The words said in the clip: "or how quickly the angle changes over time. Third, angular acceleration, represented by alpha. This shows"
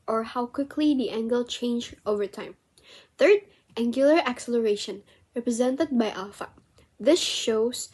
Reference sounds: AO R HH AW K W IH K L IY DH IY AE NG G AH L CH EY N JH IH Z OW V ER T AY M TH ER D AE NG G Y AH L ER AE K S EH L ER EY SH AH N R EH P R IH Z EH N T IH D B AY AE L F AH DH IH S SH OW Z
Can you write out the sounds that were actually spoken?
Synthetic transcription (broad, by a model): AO R HH AW K W IH K L IY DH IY AE NG G AH L CH EY N JH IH UH V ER T AY M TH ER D AE NG G Y AH L ER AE K S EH L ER EY SH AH N R EH P R IH Z EH N T IH D B AY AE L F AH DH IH S SH OW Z